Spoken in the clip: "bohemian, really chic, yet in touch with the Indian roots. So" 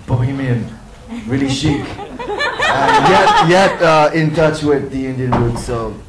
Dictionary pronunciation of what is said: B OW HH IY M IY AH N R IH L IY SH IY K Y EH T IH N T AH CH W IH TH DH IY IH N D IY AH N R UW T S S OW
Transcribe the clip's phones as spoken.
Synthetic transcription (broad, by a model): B OW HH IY M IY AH N R IH L IY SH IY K Y EH T IH N T AH CH W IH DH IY IH N D IY AH N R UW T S S OW